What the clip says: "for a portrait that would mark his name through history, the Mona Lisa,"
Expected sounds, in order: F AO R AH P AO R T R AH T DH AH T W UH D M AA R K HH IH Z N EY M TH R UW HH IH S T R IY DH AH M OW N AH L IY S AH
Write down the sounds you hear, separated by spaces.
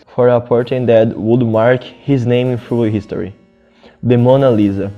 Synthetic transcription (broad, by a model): F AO R AH P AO R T AH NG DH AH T W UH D M AA R K HH IH Z N EY M F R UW HH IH S T R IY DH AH M OW N AH L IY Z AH